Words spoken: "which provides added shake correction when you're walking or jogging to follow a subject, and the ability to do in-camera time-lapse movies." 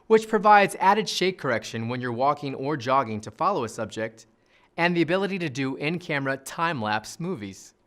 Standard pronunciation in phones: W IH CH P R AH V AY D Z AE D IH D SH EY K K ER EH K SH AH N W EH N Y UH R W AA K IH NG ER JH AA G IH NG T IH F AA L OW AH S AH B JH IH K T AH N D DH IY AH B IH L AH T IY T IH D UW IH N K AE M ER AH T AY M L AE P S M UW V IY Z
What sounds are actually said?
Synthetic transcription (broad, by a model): W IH CH P R AH V AY D Z AE D IH D SH EY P K ER EH K SH AH N W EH N Y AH R W AA K IH NG ER JH AA G IH NG T IH F AA L OW AH S AH B JH IH K T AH N DH IY AH B IH L AH T IY T IH D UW IH N K AE M ER AH T AY M L AE P S M UW V IY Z